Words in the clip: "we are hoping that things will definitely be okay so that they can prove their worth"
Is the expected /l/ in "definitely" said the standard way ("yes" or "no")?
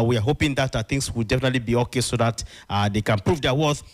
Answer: yes